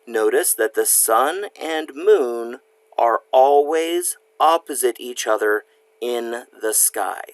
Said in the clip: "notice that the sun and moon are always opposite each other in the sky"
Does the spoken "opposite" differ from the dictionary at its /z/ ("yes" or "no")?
no